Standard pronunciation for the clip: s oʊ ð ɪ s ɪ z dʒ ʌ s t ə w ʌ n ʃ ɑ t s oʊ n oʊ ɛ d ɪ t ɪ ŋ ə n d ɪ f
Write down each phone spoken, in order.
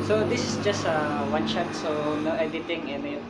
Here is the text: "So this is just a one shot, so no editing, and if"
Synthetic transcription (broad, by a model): s oʊ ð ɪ s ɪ s dʒ ʌ s t ə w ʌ n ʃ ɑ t s oʊ n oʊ ɛ d ɪ t ɪ ŋ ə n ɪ